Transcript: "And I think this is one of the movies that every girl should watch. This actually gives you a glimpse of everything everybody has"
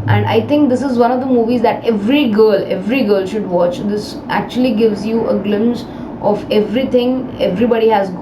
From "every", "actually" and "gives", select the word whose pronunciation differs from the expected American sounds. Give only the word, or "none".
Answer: none